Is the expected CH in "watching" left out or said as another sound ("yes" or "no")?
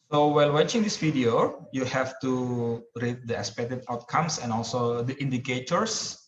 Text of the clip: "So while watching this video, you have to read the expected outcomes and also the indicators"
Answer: no